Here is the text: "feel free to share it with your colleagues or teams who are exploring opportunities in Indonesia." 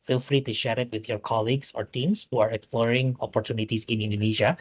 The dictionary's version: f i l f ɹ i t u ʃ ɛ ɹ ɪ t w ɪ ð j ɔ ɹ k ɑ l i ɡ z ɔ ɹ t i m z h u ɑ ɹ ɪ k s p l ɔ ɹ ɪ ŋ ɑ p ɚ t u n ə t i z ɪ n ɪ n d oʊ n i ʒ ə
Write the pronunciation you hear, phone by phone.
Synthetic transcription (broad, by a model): f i l f ɹ i t u ʃ ɛ ɹ ɪ t w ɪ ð j ɔ ɹ k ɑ l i ɡ s ɔ ɹ t i m s h u ɑ ɹ ɪ k s p l ɔ ɹ ɪ ŋ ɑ p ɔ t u n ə t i s ɪ n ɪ n d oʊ n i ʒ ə